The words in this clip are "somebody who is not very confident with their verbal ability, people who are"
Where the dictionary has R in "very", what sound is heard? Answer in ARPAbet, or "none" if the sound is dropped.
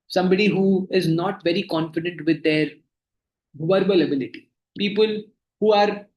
R